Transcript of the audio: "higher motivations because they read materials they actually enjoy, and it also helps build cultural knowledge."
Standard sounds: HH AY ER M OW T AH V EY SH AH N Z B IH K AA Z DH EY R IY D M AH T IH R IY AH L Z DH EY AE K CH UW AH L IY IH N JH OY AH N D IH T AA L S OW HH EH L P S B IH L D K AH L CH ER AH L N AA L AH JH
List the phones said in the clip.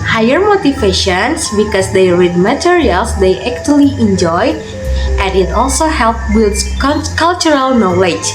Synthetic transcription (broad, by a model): HH AY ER M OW T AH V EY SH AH N S B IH K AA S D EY R IY D M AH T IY R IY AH L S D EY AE K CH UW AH L IY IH N JH OY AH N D IH T AA L S OW HH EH L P B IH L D K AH L CH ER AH L N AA L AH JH